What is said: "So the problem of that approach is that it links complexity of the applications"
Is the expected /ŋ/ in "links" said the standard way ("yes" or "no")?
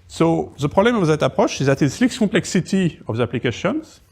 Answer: no